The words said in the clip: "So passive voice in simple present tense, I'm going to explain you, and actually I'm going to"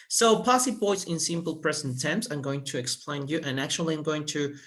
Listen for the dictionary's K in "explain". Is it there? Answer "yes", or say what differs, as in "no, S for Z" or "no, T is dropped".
yes